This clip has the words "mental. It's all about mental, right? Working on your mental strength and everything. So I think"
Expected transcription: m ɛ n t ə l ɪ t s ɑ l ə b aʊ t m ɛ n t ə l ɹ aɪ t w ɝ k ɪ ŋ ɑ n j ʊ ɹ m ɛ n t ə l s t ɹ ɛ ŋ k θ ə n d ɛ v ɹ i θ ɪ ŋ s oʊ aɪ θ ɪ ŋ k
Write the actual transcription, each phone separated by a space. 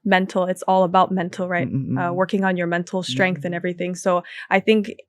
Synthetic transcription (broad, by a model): m ɛ n t l ɪ t s ɑ l ə b aʊ t m ɛ n t l ɹ aɪ t w ɝ k ɪ ŋ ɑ n j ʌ ɹ m ɛ n t l s t ɹ ɛ ŋ k θ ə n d ɛ v ɹ i θ ɪ ŋ s oʊ aɪ θ ɪ ŋ k